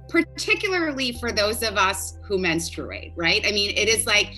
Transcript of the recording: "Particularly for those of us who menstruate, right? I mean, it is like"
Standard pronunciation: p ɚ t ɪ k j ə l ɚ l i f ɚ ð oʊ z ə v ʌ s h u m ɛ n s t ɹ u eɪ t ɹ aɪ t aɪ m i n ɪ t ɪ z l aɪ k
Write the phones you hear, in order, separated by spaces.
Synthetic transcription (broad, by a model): p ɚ t ɪ k j l ɚ l i f ɚ ð oʊ z ə v ʌ s h u m ɛ n s t ɹ u eɪ t ɹ aɪ t aɪ m i n ɪ t ɪ z l aɪ k